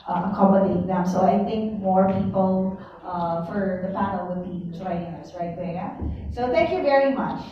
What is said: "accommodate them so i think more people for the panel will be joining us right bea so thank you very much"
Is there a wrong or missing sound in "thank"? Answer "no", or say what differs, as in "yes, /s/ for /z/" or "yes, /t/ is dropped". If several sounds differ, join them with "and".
no